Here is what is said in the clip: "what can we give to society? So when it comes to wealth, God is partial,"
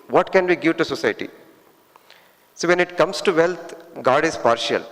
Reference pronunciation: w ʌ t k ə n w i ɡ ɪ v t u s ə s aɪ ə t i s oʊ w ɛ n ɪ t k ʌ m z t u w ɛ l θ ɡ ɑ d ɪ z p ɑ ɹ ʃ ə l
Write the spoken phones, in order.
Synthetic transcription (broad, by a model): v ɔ t k ə n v i ɡ ɪ v t u s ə s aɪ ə t i s oʊ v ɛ n ɪ t k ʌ m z t u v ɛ l t ɡ ɑ d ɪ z p ɑ ɹ ʃ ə l